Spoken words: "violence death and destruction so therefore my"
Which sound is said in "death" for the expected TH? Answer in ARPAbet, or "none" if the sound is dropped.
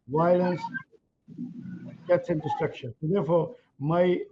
S